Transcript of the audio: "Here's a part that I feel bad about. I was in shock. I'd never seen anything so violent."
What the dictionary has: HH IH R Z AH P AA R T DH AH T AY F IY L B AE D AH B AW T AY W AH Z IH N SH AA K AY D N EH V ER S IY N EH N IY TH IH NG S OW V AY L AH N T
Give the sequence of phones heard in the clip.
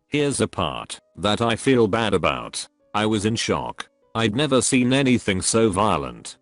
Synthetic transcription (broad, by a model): HH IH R Z AH P AA R T DH AH T AY F IY L B AE D AH B AW T AY W AH Z IH N SH AA K AY D N EH V ER S IY N EH N IY TH IH NG S OW V AY L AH N T